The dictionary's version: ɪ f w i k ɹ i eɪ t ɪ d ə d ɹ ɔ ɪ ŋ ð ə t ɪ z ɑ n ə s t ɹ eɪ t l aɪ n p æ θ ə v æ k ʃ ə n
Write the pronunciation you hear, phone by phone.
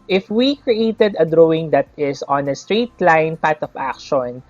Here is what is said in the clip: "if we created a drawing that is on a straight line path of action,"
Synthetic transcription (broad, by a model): ɪ f w i k ɹ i eɪ t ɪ d ə d ɹ ɔ ɪ ŋ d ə t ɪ s ɑ n ə s t ɹ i t l aɪ n p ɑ t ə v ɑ k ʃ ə n